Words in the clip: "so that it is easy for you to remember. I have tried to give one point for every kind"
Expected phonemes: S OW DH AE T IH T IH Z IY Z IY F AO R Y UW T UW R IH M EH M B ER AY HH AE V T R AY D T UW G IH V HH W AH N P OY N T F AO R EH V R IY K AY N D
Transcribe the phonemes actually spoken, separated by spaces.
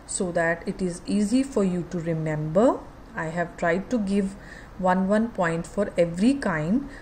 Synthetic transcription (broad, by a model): S OW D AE T IH T IH Z IY Z IY F AO R Y UW T UW R IH M EH M B ER AY HH AE V T R AY D T UW G IH V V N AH N P OY N T F AO R EH V R IY K AY N D